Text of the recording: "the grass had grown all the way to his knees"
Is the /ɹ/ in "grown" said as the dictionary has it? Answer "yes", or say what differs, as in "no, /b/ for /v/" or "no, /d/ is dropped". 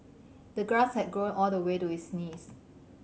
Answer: yes